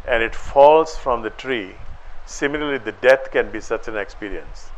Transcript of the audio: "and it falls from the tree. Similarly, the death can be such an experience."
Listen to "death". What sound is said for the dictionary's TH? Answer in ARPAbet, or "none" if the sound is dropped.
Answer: T